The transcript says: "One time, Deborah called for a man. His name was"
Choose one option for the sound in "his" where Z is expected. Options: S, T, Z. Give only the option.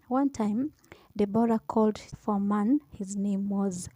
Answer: Z